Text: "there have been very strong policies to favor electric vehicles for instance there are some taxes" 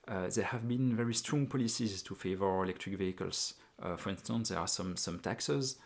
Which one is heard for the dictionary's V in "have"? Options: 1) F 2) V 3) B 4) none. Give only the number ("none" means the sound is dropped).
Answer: 2